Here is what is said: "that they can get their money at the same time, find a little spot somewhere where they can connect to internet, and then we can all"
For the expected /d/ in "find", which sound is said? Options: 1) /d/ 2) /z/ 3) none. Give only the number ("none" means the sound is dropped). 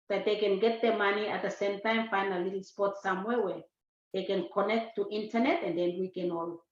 3